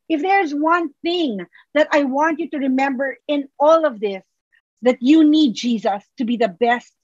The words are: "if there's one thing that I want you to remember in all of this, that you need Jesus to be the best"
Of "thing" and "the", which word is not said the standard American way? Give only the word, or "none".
none